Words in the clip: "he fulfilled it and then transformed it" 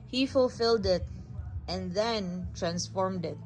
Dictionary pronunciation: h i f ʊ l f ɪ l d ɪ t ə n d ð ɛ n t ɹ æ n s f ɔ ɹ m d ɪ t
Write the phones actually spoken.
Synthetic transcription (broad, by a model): h i f ʊ l f ɪ l d ɪ t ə n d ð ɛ n t ɹ æ n s f ɔ ɹ m d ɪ t